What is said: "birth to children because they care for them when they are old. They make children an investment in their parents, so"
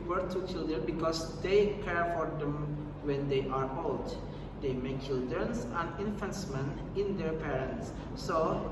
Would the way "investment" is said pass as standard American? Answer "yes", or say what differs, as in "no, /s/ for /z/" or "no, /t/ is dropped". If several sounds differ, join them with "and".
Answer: no, /f/ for /v/ and /t/ is dropped